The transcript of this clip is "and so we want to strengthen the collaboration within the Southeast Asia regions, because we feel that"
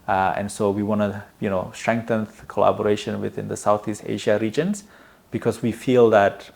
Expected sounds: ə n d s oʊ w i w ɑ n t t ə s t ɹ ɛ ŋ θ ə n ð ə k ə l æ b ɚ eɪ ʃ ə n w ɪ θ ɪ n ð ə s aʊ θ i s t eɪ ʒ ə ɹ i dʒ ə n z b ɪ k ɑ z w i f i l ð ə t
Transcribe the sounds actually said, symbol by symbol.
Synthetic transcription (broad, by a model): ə n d s oʊ w i w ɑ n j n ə s t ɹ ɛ ŋ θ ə n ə k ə l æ b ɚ eɪ ʃ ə n w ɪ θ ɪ n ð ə s aʊ θ i s t eɪ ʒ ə ɹ i dʒ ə n s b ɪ k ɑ s w i f i l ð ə t